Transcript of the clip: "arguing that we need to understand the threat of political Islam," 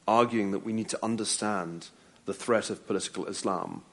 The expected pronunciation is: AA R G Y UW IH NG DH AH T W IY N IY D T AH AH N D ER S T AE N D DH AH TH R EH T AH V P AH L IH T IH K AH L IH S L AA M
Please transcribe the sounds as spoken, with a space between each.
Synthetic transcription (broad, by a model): AA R G Y UW IH NG DH AH T W IY N IY D T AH AH N D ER S T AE N DH AH TH R EH T AH V P AH L IH T IH K AH L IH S L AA M